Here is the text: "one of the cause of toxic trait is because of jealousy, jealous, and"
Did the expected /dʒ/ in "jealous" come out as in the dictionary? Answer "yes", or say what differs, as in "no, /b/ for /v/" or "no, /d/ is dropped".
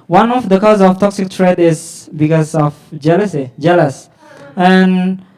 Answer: yes